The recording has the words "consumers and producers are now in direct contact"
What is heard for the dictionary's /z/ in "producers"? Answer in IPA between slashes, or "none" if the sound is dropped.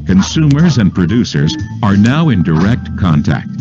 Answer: /z/